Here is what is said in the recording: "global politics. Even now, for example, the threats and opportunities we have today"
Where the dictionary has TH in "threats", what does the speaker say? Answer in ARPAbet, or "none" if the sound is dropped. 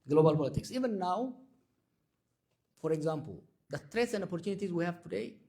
T